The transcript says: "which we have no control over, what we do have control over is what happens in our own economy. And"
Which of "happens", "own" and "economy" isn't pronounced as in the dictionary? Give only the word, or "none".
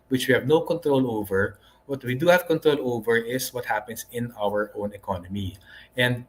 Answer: happens